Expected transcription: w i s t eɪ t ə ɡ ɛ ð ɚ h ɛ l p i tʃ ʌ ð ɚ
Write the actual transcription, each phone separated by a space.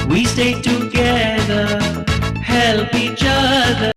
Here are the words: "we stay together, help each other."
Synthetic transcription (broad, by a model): w i s t eɪ t ə ɡ ɛ ð ɚ h ɛ l p i tʃ ʌ ð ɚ